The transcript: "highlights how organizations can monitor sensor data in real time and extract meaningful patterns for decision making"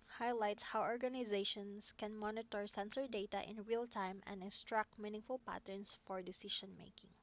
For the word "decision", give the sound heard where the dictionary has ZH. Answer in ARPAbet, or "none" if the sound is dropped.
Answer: SH